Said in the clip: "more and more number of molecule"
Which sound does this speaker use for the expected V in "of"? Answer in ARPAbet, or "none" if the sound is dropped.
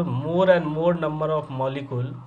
P